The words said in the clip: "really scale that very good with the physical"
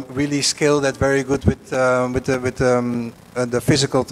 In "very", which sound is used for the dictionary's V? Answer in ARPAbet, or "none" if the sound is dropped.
V